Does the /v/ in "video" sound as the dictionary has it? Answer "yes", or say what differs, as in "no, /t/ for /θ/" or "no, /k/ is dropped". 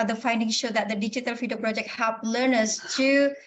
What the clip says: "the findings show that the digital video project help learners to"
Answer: no, /f/ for /v/